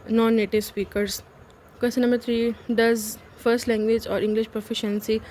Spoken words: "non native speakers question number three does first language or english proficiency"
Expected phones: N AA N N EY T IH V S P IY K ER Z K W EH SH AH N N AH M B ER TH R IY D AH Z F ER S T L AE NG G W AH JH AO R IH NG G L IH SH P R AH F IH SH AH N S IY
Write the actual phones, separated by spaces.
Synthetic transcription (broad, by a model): N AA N N EY T IH V S P IY K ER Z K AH S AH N N AH M B ER T R IY D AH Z F ER S T L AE NG G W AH JH AO R IH NG G L IH SH P R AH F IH SH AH N S IY